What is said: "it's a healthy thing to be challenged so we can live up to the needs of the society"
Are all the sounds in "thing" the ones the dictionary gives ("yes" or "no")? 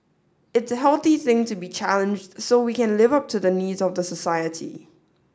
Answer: yes